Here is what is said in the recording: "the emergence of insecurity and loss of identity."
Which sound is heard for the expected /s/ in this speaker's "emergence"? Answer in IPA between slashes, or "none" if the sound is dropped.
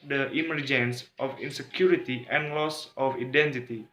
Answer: /s/